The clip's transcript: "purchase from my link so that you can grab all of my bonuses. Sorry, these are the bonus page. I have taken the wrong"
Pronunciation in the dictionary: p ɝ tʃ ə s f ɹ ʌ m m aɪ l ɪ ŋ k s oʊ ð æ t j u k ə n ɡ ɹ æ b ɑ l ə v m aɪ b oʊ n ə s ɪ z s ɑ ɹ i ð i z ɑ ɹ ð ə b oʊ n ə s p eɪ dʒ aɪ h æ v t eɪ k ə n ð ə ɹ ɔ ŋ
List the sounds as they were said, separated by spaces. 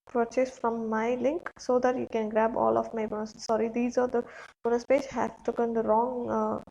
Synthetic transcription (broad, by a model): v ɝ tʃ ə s f ɹ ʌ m m aɪ l ɪ ŋ k s oʊ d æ t j u k ə n ɡ ɹ æ b ɑ l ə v m aɪ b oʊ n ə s s ɑ ɹ i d i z ɑ ɹ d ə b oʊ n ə s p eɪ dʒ h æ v t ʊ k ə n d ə ɹ ɔ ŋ